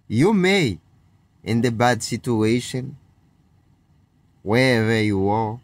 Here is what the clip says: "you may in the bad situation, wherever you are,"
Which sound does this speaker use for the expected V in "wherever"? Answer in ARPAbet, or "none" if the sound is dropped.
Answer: V